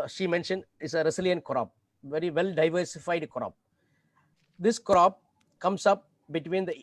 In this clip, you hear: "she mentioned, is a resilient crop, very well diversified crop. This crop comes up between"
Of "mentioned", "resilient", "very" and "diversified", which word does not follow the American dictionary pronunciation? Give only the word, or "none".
resilient